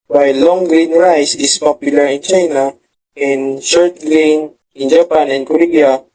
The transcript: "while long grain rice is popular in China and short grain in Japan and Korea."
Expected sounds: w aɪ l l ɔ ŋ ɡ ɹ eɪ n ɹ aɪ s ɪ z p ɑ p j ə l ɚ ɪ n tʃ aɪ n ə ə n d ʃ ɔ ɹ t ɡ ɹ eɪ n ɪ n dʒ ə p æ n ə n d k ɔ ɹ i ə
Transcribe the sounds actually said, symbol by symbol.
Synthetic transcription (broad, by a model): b aɪ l l ɔ ŋ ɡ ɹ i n ɹ aɪ s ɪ s p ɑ p j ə l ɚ ɪ n tʃ aɪ n ə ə n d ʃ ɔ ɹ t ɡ l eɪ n ɪ n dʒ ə p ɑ n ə n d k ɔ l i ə